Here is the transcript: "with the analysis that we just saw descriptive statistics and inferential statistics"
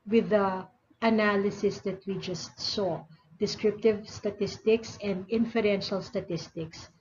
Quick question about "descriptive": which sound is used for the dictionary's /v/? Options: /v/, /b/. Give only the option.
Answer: /v/